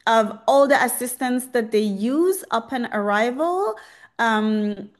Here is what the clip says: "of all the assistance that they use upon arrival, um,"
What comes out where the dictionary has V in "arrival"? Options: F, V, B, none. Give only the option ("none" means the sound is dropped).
V